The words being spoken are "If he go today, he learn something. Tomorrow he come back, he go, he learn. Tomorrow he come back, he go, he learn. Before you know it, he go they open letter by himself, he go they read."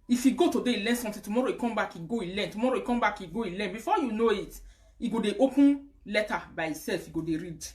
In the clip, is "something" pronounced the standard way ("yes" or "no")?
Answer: no